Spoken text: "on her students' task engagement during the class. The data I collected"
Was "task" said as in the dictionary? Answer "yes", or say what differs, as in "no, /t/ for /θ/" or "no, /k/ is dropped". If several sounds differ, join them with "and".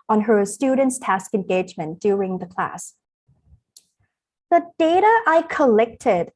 yes